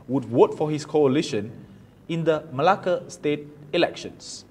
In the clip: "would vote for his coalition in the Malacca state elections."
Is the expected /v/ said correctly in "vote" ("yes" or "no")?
no